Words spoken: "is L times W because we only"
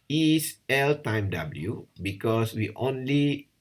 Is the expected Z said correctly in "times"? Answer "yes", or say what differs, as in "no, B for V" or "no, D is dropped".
no, Z is dropped